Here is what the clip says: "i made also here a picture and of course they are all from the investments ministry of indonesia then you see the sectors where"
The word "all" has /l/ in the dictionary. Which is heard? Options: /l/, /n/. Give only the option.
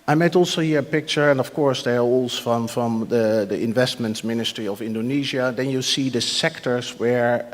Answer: /n/